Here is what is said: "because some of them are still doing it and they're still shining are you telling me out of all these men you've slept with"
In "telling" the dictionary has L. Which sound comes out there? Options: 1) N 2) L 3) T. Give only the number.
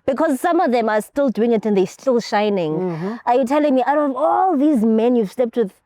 2